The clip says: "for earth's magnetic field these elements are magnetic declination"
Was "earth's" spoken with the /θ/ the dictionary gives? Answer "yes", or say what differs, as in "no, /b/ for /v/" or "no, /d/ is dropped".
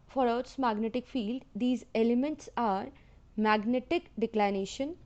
no, /t/ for /θ/